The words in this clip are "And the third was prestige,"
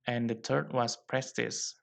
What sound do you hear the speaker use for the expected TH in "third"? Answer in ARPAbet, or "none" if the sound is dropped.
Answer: T